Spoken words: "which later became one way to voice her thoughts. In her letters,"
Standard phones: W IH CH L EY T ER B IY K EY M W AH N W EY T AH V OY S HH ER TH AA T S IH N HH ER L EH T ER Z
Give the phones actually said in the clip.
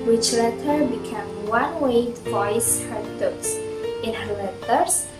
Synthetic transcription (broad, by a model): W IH CH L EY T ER B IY K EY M W AH N W EY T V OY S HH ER T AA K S IH N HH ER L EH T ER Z